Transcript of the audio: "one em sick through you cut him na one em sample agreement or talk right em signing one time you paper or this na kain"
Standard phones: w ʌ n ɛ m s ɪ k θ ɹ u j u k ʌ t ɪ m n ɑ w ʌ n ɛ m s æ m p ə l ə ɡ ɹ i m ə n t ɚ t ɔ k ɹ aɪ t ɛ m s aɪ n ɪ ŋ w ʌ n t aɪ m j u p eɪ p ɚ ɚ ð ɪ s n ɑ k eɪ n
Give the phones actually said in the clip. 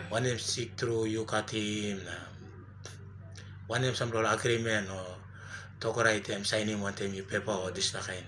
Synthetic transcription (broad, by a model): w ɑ n ɛ m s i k t ɹ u j u k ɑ t ɪ m n ɑ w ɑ n ɛ m s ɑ m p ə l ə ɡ ɹ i m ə n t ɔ t ɔ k ɹ aɪ t ɛ m s aɪ n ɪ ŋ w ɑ n t aɪ m j u p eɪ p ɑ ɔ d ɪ s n ɑ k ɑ n